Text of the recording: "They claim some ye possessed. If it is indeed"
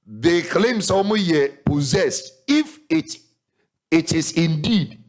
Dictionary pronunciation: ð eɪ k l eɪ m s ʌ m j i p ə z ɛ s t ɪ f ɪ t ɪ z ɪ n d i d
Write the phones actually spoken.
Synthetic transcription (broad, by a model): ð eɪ k l eɪ m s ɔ m j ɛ p ə z ɛ s t ɪ f ɪ t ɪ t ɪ n d i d